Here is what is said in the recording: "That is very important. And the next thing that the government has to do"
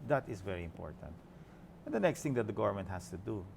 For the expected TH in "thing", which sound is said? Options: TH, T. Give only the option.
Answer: T